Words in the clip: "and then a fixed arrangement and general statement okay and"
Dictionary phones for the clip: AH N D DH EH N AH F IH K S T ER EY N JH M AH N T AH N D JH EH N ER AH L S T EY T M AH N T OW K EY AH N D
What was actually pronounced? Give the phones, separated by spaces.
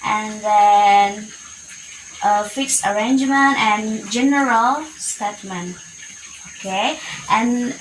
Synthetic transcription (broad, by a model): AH N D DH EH N AH F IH K S ER EY N JH M AH N T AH N JH EH N ER AH L S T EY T M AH N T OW K EY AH N